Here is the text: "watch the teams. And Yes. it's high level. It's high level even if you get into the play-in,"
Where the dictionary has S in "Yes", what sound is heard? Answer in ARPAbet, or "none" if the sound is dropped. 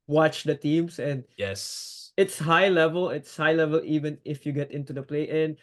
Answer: S